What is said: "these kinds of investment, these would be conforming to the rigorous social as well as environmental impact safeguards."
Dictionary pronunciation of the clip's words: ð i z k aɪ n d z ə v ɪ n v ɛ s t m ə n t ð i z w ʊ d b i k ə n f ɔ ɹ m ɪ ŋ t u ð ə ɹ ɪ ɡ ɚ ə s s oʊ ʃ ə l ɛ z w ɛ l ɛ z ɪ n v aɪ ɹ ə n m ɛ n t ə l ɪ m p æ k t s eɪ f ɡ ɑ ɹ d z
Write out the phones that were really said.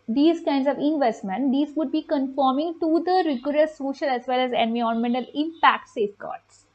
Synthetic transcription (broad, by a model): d i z k aɪ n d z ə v ɪ n v ɛ s t m ə n t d i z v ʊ d b i k ə n f ɔ ɹ m ɪ ŋ t u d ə ɹ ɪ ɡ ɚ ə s s oʊ ʃ ə l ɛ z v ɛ l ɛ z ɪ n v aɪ ə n m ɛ n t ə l ɪ m p æ k t s eɪ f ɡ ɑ ɹ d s